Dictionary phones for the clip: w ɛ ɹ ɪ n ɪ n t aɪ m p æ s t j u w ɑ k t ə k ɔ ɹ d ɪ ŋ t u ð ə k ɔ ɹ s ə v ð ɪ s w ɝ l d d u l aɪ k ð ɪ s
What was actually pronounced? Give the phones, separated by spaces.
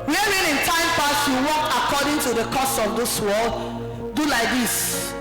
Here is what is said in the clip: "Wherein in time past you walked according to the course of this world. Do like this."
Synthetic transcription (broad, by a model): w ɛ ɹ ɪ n ɪ n t aɪ m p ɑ s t j u w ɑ k ə k ɔ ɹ d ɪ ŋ t u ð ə k ɔ s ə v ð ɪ s w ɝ l d d u l aɪ k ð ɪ s